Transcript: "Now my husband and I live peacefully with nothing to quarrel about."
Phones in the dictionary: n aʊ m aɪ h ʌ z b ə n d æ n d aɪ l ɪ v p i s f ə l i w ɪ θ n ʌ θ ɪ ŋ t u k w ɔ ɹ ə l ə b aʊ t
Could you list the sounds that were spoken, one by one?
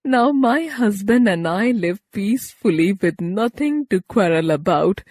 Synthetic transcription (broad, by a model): n aʊ m aɪ h ʌ z b ə n d æ n d aɪ l ɪ v p i s f ə l i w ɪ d n ʌ t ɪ ŋ t u k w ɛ ɹ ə l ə b aʊ t